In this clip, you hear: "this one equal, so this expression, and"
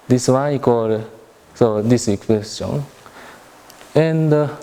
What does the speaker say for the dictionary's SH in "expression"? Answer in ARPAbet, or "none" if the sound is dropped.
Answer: none